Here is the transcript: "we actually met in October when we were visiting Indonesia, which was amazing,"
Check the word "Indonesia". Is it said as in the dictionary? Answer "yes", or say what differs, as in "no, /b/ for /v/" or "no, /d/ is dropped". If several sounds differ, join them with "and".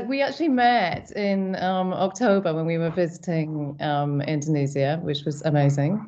no, /z/ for /ʒ/